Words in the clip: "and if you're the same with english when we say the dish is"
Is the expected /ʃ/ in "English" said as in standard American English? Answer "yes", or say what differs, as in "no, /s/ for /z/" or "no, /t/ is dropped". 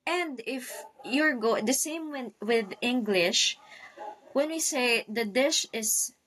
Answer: yes